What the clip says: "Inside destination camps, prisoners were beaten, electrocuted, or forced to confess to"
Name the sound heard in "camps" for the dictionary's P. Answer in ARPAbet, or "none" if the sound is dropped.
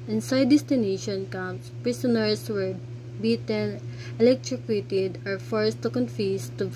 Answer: none